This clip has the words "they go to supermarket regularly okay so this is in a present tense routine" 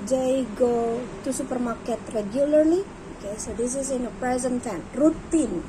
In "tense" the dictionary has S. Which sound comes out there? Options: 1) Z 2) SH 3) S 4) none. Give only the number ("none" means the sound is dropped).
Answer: 4